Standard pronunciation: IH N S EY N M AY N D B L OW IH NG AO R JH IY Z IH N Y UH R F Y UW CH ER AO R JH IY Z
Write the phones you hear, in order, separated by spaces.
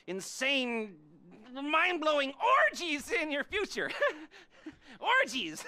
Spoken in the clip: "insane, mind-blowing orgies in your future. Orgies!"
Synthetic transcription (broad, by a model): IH N S EY N M AY N B L OW IH NG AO R JH IY Z IH N Y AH R F Y UW CH ER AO R JH IY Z